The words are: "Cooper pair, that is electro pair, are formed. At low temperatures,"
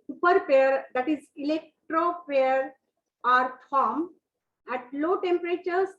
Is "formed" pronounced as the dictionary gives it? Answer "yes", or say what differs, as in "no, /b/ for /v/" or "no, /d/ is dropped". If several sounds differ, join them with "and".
no, /d/ is dropped